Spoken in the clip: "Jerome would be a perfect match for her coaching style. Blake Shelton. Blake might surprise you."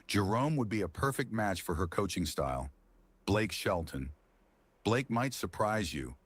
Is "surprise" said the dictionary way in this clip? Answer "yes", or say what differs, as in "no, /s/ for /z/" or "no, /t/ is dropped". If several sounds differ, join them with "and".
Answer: yes